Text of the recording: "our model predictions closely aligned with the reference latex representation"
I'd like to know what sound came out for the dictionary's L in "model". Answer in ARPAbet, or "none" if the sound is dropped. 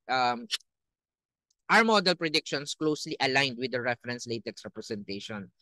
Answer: L